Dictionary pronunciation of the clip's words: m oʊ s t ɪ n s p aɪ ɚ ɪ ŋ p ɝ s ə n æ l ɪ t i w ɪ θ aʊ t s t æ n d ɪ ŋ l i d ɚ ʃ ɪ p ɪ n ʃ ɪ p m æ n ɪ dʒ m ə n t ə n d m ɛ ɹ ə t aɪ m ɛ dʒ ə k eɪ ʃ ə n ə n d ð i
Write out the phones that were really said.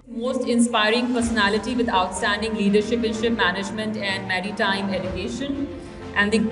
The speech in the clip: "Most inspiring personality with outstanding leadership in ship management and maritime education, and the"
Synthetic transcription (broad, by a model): m oʊ s t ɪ n s p aɪ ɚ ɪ ŋ p ɝ s ə n æ l ɪ t i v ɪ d aʊ t s t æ n d ɪ ŋ l i d ɚ ʃ ɪ p ɪ n ʃ ɪ p m æ n ɪ dʒ m ə n t ə n d m ɛ ɹ ə t aɪ m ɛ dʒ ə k eɪ ʃ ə n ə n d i